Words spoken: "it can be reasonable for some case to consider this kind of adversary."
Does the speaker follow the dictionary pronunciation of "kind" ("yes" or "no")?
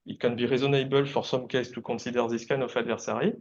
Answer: no